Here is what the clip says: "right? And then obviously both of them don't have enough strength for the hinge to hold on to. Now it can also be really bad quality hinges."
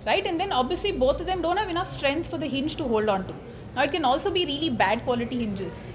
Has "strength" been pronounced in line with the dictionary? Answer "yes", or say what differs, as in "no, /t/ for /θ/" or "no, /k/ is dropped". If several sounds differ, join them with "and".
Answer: no, /t/ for /θ/